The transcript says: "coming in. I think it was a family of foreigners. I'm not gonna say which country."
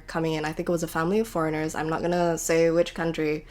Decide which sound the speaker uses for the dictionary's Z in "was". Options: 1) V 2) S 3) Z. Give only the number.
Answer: 3